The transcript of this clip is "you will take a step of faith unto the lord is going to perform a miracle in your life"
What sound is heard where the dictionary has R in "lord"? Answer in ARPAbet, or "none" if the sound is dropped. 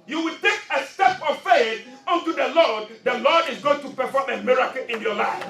L